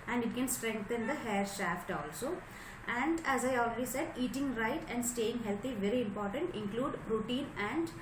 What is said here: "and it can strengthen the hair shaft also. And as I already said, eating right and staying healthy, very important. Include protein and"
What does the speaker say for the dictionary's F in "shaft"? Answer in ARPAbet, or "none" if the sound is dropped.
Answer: F